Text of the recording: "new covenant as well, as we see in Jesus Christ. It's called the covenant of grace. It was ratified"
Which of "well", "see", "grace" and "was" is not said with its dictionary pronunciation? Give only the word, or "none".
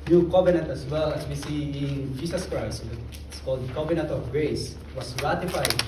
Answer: was